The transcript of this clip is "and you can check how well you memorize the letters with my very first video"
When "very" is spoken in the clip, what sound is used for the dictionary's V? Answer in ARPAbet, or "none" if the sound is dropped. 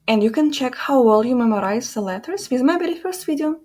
B